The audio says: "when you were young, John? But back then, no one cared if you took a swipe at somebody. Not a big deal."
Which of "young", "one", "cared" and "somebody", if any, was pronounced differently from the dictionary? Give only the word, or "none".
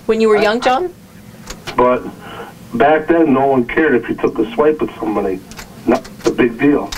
none